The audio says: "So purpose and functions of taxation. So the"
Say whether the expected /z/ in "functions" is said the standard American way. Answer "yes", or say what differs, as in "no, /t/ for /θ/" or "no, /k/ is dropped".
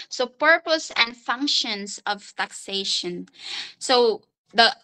no, /s/ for /z/